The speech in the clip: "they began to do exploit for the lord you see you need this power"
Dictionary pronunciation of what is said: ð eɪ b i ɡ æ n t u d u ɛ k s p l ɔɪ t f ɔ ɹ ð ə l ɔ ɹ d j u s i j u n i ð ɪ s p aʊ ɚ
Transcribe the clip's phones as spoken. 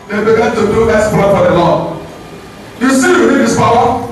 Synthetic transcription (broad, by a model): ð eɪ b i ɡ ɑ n t u d u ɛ s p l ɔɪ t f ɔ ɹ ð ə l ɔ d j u s i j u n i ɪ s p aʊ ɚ